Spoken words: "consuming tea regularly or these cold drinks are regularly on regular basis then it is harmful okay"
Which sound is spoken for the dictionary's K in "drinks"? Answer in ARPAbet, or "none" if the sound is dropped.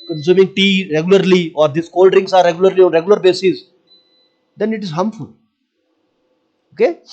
none